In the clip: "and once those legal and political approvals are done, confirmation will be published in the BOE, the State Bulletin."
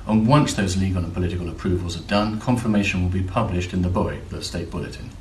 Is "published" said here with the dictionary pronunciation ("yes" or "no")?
yes